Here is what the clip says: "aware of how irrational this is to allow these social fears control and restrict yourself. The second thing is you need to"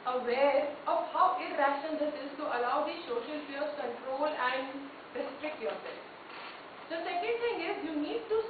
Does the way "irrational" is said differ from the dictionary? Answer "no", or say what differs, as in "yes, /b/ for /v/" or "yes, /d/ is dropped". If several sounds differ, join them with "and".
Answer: yes, /n/ is dropped